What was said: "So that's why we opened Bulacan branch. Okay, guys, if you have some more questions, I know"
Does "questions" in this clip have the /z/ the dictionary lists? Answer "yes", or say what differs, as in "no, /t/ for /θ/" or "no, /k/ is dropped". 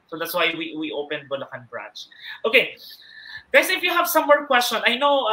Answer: no, /z/ is dropped